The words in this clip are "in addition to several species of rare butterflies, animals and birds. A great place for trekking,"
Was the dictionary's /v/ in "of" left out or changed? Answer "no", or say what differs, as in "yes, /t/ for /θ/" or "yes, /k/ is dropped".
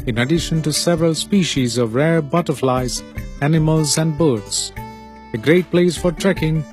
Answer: no